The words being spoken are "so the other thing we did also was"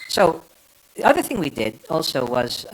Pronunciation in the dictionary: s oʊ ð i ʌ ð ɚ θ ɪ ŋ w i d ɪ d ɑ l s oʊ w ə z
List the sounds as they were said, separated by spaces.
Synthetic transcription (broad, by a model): s oʊ ð i ʌ ð ɚ θ ɪ ŋ w i d ɪ d ɑ l s oʊ w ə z